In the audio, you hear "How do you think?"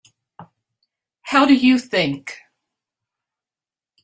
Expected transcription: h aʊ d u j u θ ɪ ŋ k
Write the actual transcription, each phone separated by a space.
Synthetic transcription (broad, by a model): h aʊ d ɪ j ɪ θ ɪ ŋ k